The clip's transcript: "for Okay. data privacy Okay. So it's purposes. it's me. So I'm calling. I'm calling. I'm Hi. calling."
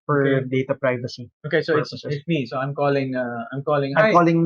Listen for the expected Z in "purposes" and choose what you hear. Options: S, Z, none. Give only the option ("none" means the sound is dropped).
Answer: none